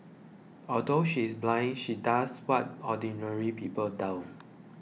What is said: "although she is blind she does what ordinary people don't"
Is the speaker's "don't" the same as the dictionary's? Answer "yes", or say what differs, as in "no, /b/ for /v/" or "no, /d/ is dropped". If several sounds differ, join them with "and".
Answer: no, /l/ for /n/